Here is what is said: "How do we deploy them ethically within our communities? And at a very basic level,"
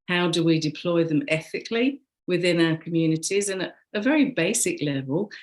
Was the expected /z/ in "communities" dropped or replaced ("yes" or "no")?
no